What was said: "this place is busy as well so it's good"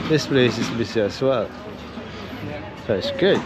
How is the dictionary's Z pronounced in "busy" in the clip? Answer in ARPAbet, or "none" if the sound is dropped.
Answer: S